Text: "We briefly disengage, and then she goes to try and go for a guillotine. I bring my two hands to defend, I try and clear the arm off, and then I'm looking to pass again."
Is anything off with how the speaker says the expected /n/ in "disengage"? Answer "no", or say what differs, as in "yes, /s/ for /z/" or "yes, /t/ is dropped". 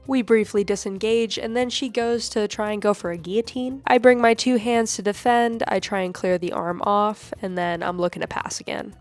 no